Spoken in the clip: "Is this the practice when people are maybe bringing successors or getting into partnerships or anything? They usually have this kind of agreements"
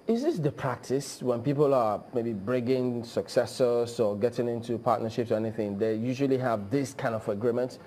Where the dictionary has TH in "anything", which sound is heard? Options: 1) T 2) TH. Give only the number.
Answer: 2